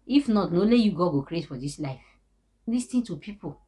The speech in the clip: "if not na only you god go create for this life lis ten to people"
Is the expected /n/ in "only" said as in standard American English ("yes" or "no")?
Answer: no